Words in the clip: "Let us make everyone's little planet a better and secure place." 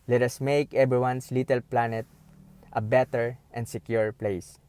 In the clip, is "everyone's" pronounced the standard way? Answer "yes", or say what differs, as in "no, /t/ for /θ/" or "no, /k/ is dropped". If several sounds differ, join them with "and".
no, /s/ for /z/